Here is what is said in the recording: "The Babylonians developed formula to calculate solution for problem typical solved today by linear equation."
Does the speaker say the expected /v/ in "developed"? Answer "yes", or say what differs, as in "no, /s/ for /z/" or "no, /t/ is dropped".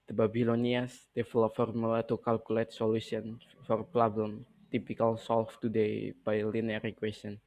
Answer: no, /f/ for /v/